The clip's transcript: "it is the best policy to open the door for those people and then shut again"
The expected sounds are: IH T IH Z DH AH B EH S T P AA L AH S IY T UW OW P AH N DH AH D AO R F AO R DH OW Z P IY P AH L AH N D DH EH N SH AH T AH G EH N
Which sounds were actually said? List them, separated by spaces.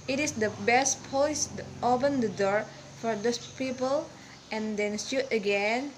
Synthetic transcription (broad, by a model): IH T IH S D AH B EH S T P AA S T UW OW P AH N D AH D AO R F AO R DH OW S P IY P AH L AH N D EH N S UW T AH G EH N